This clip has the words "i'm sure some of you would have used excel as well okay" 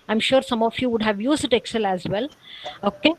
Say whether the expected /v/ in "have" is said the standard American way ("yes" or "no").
yes